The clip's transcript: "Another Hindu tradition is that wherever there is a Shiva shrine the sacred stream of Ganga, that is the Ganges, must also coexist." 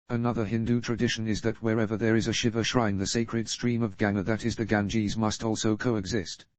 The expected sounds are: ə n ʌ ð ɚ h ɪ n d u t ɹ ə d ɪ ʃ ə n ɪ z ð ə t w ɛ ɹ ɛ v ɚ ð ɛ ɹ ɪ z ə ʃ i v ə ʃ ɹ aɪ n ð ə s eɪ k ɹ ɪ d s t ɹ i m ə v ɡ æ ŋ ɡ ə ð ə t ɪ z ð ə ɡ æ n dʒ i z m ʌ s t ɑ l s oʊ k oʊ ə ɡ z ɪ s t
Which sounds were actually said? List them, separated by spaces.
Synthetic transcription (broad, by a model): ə n ʌ ð ɚ h ɪ n d u t ɹ ə d ɪ ʃ ə n ɪ z ð ə t w ɛ ɹ ɛ v ɚ ð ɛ ɹ ɪ z ə ʃ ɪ v ə ʃ ɹ aɪ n ð ə s eɪ k ɹ ɪ d s t ɹ i m ə v ɡ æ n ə ð ə t ɪ z ð ə ɡ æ n dʒ i z m ʌ s t ɑ l s oʊ k oʊ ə ɡ z ɪ s t